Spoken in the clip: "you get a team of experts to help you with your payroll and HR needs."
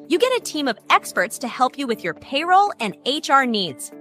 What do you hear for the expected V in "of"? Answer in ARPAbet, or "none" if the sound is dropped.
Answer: V